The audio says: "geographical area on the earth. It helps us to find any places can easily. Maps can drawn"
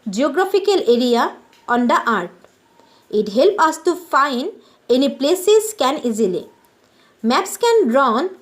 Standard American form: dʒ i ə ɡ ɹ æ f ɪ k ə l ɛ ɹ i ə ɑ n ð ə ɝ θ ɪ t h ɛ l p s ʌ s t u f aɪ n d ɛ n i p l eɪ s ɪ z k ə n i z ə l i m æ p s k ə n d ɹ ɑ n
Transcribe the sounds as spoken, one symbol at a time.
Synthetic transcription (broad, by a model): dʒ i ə ɡ ɹ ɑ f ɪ k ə l ɛ ɹ i ə ɑ n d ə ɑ t ɪ t h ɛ l p ʌ s t u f aɪ n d ɛ n i p l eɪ s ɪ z k ə n i z ə l i m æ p s k ə n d ɹ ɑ n